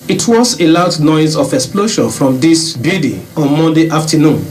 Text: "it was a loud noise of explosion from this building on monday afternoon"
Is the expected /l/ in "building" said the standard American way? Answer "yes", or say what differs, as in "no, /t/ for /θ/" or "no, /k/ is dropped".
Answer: no, /l/ is dropped